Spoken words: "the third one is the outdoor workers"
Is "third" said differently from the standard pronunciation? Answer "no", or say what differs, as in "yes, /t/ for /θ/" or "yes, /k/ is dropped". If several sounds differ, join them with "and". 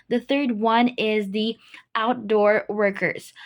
no